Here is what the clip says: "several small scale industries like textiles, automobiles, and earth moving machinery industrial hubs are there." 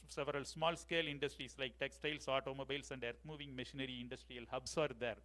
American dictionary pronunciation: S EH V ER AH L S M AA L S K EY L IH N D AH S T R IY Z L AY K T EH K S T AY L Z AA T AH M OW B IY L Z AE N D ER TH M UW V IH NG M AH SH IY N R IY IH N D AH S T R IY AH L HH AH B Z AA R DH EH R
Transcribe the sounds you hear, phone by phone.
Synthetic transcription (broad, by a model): S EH V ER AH L S M AA L S K EY L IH N D AH S T R IY S L AY K T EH K S T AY L S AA T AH M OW B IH L S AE N D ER T M UW V IH NG M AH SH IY N R IY IH N D AH S T R IY AH L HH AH B S AA R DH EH R